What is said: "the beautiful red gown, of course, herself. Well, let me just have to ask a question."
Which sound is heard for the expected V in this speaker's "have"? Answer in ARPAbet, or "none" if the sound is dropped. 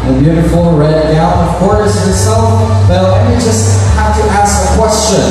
F